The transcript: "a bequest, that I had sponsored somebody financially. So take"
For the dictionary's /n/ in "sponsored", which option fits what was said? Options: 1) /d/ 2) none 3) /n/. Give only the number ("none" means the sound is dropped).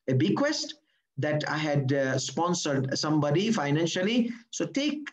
3